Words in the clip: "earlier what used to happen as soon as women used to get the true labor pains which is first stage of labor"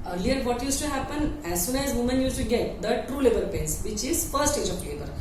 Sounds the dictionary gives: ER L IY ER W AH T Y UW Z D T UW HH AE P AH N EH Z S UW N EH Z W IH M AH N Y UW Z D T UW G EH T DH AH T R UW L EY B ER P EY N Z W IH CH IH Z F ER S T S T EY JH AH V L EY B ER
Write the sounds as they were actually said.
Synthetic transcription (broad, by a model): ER L IY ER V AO T Y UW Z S T UW HH AE P AH N EH Z S UW N EH Z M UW M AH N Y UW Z T UW G EH T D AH T R UW L EY B ER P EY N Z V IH CH IH Z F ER T S T EY JH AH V L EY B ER